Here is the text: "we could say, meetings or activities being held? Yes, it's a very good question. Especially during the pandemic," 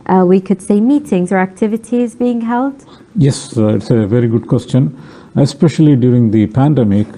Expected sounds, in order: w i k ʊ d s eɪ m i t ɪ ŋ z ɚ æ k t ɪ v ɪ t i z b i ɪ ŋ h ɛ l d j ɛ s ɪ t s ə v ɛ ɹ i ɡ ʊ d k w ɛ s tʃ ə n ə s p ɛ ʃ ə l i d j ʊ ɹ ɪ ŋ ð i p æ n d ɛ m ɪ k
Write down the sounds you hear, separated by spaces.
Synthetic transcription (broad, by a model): w i k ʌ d s eɪ m i t ɪ ŋ z ɚ æ k t ɪ v ɪ t i z b i ɪ ŋ h ɛ l d j ɛ s ɪ t s ə v ɛ ɹ i ɡ ʊ d k w ɛ s tʃ ə n ə s p ɛ ʃ ə l i d j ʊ ɹ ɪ ŋ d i p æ n d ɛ m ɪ k